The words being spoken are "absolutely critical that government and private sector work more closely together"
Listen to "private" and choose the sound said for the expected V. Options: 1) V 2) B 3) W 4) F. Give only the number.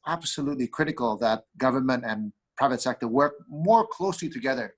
1